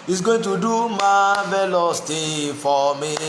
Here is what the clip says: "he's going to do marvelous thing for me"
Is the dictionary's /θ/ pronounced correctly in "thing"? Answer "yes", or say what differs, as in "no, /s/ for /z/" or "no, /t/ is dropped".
no, /t/ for /θ/